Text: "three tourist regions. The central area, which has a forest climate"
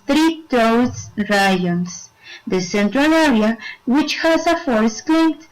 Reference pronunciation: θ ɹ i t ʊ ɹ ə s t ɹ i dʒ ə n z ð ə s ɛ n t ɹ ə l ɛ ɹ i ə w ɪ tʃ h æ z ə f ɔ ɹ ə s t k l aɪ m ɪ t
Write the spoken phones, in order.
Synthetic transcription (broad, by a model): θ ɹ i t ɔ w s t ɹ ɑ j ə n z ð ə s ɛ n t ɹ ə l ɛ ɹ i ə w ɪ tʃ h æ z ə f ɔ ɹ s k l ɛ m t